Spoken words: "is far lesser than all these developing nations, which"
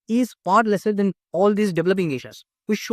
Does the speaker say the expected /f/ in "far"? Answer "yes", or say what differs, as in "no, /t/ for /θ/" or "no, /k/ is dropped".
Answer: no, /p/ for /f/